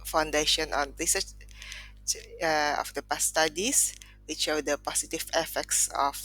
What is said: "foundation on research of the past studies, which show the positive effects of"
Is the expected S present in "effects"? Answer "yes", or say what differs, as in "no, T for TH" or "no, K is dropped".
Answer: yes